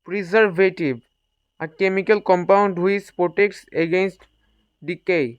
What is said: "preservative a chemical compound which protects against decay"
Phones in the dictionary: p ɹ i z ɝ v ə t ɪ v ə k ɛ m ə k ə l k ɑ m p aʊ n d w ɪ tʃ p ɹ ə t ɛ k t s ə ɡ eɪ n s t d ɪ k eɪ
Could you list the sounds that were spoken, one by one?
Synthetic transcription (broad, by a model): p ɹ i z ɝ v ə t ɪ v ə k ɛ m ə k ə l k ɑ m p aʊ n d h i s p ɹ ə t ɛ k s ə ɡ eɪ n s t d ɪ k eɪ